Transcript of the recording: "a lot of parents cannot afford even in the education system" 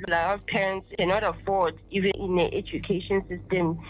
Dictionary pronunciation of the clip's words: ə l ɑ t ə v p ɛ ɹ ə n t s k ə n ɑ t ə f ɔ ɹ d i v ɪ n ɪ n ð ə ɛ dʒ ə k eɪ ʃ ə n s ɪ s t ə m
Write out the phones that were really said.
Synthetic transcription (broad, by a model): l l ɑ ə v p ɛ ɹ ə n t s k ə n ɑ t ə f ɔ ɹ d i v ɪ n ɪ n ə ɛ dʒ ə k eɪ ʃ ə n s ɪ s t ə m